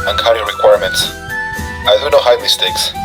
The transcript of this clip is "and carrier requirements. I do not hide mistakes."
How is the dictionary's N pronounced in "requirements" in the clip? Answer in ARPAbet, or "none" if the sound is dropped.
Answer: N